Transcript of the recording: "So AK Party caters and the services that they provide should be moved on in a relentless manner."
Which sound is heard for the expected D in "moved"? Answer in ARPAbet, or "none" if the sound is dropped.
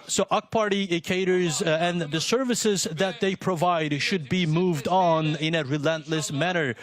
D